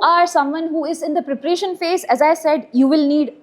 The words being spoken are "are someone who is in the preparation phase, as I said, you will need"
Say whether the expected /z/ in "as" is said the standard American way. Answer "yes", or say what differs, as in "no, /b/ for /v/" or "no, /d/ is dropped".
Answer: yes